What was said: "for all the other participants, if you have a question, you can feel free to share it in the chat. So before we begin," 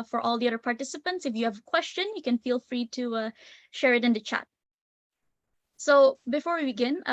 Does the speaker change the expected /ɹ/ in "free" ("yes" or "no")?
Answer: no